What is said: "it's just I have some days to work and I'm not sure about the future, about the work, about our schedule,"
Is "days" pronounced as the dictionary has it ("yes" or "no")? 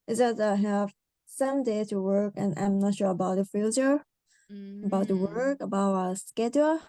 no